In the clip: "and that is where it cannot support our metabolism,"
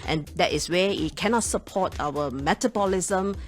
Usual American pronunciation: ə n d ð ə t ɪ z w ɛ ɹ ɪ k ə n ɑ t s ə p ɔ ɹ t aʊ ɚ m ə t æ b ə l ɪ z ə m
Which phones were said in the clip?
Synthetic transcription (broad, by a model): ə n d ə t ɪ s w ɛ w ɪ k ə n ɑ t s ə p ɔ t aʊ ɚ m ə t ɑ b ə l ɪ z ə m